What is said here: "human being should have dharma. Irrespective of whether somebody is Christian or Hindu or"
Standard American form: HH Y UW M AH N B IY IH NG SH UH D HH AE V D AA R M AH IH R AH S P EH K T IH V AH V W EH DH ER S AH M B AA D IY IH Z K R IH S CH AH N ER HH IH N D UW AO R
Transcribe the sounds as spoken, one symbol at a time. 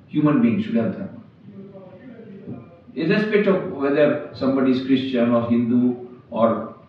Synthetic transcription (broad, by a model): HH Y UW M AH N B IY IH NG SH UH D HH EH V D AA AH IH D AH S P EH T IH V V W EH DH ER S AH M B AA D IY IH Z K R IH S CH AH N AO HH IH N D UW AO R